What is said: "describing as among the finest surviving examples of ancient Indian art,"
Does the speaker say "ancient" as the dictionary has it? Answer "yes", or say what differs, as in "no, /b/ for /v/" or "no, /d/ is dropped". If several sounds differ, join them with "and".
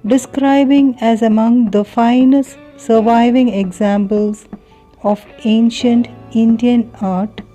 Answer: yes